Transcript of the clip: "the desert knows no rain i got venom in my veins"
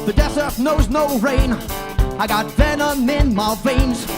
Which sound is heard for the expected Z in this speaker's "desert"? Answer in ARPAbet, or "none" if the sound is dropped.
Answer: S